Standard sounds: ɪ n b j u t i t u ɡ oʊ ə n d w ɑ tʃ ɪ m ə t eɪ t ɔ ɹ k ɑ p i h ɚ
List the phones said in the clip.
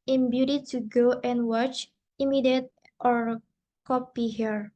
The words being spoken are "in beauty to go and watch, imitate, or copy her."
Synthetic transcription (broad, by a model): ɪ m b j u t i t u ɡ oʊ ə n w ɑ tʃ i m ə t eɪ t ɔ ɹ k ɑ p i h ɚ